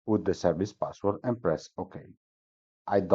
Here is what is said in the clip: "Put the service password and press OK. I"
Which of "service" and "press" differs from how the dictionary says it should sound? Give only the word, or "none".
none